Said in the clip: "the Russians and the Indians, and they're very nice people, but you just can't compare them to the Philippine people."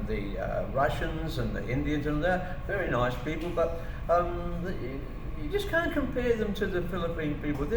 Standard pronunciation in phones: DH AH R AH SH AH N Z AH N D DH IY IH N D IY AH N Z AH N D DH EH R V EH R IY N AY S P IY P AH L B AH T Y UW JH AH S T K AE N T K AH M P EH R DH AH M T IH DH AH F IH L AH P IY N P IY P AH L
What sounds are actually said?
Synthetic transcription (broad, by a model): DH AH R AH SH AH N Z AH N DH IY IH N D IY AH N Z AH N DH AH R V EH R IY N AY S P IY P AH L B AH T Y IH JH AH S K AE N K AH M P EH R DH AH M T IH DH AH F IH L AH P IY N P IY P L